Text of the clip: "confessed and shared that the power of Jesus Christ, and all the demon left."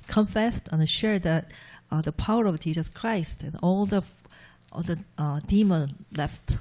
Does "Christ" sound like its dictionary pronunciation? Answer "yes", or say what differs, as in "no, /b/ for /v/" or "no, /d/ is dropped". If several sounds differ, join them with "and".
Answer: yes